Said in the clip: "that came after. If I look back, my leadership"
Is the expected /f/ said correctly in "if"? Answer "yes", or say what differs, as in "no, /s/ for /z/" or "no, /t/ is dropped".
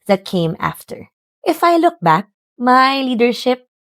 yes